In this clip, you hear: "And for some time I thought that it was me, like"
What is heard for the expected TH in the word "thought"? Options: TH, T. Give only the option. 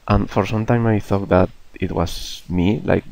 TH